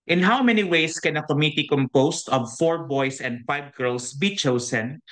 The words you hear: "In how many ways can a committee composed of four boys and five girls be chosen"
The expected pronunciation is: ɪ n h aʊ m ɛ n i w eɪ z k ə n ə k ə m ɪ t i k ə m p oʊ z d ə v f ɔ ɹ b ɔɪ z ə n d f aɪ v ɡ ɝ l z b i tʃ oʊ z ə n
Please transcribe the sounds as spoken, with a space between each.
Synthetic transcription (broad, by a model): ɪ n h aʊ m ɛ n i w eɪ s k ə n ə k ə m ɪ t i k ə m p oʊ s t ə v f ɔ ɹ b ɔɪ s ə n d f aɪ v ɡ ɝ l s b i tʃ oʊ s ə n